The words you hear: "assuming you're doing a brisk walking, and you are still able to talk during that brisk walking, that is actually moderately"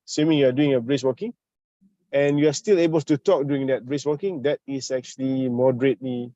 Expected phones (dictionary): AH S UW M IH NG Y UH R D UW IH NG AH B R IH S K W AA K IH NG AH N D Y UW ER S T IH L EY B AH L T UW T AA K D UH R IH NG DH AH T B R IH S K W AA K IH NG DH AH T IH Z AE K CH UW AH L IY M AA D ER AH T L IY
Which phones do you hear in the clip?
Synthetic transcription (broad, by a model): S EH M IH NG Y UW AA D UW IH NG AH B R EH S W AA K IH NG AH N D Y UW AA S T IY L EY B AH L T UW T AA K D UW IH NG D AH T B R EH S W AA K IH NG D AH T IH S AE K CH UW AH L IY M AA D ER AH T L IY